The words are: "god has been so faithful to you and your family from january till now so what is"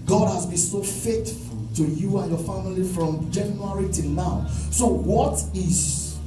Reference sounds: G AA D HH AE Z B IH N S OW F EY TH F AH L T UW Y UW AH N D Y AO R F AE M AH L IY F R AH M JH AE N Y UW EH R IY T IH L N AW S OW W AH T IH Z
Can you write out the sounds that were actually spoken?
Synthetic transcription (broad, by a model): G AA D HH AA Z B IH N S OW F EY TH F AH L T UW Y UW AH N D Y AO F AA M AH L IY F R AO M JH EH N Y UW R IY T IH N N AW S OW W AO T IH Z